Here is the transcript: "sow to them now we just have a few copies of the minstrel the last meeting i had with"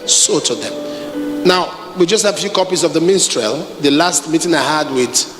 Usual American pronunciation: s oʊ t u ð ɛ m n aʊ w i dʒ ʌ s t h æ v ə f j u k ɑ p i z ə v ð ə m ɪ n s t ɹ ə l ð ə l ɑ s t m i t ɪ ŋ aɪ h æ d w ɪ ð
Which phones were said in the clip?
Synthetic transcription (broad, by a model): s oʊ t u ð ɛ m n aʊ w i dʒ ʌ s t h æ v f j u k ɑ p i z ə v ð ə m ɪ n s t ɹ ə l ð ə l ɑ s t m i t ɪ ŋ aɪ h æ d w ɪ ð